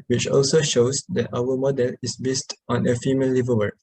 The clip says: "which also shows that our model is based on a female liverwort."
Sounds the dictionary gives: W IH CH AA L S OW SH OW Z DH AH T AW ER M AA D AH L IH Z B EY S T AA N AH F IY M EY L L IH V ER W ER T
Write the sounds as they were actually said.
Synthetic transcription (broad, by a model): W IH CH AA L S OW SH OW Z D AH T AW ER M AA D AH L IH S B EY S T AA N AH F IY M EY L L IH V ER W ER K